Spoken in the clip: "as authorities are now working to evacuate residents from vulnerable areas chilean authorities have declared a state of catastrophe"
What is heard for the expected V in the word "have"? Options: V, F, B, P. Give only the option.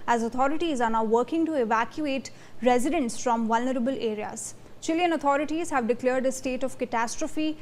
V